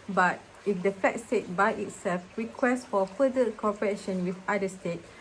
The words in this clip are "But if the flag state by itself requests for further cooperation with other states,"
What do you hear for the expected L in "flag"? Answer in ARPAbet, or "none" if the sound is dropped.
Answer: none